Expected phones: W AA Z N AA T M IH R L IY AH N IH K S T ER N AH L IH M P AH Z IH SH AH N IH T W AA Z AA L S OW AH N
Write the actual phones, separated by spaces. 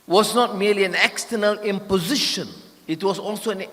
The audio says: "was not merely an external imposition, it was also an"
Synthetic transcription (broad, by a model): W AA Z N AA T M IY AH L IY AH N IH K S T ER N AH L IH M P AH Z IH SH AH N IH T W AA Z AA L S OW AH N